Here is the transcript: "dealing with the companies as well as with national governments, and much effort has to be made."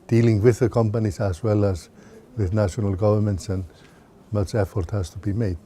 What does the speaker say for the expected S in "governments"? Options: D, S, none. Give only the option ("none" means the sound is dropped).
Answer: S